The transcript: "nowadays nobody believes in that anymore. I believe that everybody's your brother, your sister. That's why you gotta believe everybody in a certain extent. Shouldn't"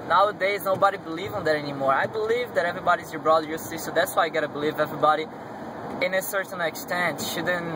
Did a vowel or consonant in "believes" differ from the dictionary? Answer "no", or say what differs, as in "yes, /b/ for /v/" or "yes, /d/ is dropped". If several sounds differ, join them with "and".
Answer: yes, /z/ is dropped